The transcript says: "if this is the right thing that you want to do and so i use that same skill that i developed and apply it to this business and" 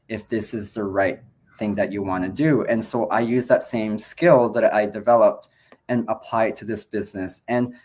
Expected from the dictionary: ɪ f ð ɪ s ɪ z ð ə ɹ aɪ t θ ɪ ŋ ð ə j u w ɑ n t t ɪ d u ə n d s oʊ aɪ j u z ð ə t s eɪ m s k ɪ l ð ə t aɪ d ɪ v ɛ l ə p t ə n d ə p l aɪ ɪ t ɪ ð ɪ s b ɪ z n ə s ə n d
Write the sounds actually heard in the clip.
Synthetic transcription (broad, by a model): ɪ f ð ɪ s ɪ z ð ə ɹ aɪ t θ ɪ ŋ ð ə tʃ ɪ w ɑ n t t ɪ d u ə n s oʊ aɪ j u z ð ə t s eɪ m s k ɪ l ð ə t aɪ d ɪ v ɛ l ə p t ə n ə p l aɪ ɪ t ɪ ð ɪ s b ɪ z n ə s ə n